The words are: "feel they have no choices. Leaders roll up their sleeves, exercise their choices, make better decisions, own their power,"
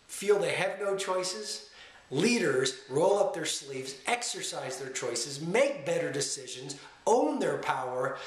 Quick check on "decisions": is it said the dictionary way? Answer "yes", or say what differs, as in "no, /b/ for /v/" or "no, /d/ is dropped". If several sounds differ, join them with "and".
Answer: yes